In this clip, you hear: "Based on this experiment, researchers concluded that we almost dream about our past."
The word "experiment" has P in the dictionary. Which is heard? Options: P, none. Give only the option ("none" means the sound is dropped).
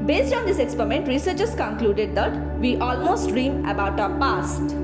P